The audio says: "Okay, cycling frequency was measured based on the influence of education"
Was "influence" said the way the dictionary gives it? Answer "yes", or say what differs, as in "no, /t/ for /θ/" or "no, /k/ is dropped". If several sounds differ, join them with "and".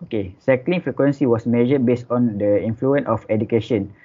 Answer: no, /s/ is dropped